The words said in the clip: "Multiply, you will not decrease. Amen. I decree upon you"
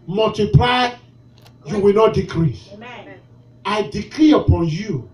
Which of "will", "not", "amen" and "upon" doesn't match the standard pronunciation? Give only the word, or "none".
amen